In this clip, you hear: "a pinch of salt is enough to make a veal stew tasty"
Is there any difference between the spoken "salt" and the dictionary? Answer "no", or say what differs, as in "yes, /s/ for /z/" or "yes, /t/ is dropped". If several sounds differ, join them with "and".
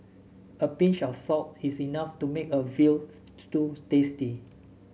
yes, /l/ is dropped